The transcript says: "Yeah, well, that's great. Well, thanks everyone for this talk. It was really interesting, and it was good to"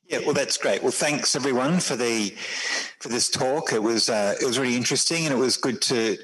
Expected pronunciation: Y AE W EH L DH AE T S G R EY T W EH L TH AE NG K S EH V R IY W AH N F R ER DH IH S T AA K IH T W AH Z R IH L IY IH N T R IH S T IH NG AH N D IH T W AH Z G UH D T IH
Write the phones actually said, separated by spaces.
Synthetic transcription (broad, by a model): Y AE W EH L DH AE T S G R EY T W EH L TH AE NG K S EH V R IY W AH N F R ER DH IH S T AA K IH T W AH Z R IH L IY IH N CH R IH S T IH NG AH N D IH T W AH Z G UH D T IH